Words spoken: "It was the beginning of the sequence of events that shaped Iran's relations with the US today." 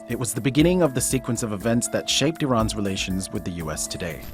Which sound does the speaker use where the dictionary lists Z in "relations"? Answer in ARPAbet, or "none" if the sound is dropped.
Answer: Z